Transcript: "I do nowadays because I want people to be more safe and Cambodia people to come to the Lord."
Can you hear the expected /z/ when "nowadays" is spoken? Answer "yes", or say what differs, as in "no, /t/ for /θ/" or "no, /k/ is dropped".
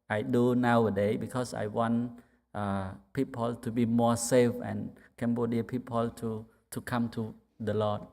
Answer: no, /z/ is dropped